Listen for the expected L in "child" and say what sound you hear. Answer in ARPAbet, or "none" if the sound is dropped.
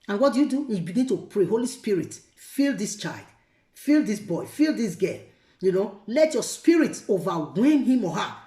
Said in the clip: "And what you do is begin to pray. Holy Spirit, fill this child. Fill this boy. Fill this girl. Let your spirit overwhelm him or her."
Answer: L